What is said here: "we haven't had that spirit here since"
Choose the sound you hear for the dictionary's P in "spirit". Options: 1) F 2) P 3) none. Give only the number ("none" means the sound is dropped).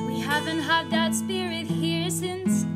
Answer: 2